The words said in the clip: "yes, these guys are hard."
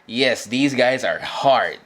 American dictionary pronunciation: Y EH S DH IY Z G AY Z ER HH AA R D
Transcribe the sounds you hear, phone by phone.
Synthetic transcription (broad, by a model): Y EH S DH IY Z G AY Z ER HH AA R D